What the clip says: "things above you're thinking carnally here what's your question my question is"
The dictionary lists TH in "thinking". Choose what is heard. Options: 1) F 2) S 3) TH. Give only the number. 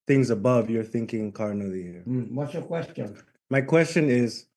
3